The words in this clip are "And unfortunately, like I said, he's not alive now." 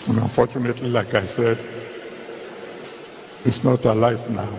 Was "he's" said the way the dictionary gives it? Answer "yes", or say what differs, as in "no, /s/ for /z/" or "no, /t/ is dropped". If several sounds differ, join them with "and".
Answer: no, /s/ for /z/